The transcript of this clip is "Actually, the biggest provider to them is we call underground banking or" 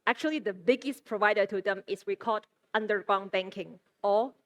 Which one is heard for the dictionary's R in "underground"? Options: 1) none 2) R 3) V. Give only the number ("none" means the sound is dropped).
1